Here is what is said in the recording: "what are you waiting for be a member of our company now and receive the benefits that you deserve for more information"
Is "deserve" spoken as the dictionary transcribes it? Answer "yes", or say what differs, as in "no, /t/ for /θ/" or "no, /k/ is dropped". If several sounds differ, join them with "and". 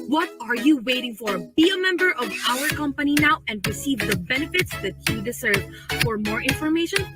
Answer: no, /s/ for /z/